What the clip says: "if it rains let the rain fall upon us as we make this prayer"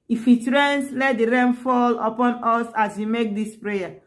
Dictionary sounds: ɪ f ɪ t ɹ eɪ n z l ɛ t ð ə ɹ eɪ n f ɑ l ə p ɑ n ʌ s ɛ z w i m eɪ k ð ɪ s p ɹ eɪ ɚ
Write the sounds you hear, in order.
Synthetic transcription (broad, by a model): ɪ f ɪ t ɹ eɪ n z l ɛ t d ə ɹ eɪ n f ɑ l ə p ɑ n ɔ s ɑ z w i m eɪ k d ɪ s p ɹ eɪ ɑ